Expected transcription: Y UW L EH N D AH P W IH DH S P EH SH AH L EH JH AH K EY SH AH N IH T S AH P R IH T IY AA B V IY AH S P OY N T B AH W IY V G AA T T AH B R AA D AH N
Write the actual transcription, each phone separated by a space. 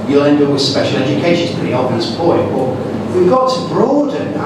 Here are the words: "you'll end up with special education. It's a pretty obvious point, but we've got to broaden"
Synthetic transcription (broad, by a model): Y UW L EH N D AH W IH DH S P EH SH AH L EH JH AH K EY SH AH N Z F AH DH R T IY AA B IY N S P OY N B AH W IY V G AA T T AH B R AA D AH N